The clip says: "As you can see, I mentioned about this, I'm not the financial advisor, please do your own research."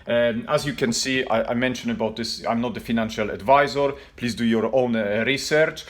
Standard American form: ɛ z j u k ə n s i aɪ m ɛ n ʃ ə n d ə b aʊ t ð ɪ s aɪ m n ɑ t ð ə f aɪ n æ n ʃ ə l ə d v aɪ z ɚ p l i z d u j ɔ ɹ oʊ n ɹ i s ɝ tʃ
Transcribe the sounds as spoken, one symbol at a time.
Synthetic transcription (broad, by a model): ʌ z j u k ə n s i aɪ m ɛ n ʃ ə n ə b aʊ t ð ɪ s aɪ m n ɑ t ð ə f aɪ n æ n ʃ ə l ə d v aɪ z ɚ p l i z d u j ɔ ɹ oʊ n ɹ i s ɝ tʃ